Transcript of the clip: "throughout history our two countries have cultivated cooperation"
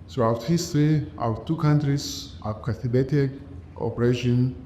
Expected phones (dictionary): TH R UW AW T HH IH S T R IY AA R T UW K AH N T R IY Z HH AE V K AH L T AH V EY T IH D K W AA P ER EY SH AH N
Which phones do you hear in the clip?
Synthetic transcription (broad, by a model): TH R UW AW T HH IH S T R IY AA T UW K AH N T R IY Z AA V K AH T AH B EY T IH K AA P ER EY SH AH N